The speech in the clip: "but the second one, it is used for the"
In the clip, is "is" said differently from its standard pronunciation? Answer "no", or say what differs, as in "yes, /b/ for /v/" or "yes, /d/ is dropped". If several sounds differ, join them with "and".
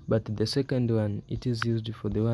no